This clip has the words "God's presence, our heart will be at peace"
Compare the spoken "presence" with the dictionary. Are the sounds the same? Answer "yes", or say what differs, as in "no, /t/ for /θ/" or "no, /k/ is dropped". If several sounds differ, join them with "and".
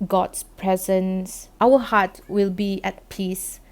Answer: yes